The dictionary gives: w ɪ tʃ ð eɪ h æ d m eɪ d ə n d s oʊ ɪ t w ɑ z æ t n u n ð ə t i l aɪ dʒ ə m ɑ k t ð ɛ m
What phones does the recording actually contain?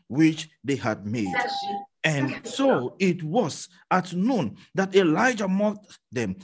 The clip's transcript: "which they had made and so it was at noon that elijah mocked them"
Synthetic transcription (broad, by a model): w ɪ tʃ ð eɪ h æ d m eɪ d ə n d s oʊ ɪ t w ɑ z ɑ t n u n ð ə t i l aɪ dʒ ə m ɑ t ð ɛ m